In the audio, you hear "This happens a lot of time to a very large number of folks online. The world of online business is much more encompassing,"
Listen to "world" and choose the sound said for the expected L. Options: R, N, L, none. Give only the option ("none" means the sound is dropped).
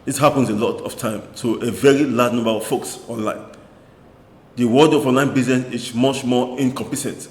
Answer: none